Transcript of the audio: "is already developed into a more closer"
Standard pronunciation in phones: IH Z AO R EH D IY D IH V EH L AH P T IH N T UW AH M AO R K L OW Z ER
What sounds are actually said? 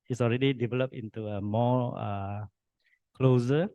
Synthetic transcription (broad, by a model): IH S AO R EH D IY D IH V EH L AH P IH N T UW AH M AO K L OW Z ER